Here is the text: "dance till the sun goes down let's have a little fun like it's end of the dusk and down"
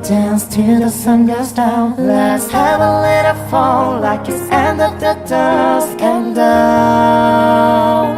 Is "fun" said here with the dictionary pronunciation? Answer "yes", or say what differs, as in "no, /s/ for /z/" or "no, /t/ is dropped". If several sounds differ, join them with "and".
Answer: no, /l/ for /n/